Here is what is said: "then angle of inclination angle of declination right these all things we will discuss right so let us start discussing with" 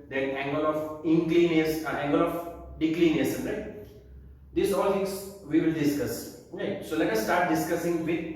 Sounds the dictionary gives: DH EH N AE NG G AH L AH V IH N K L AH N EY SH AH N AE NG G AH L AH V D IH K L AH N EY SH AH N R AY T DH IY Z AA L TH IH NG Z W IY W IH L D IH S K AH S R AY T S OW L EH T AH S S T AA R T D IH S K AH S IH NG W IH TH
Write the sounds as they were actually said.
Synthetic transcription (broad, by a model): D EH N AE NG G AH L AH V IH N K L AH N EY S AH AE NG G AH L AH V D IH K L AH N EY S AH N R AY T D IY S AA L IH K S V IY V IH L D IH S K AH S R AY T S OW L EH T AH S S T AA R T D IH S K AH S IH NG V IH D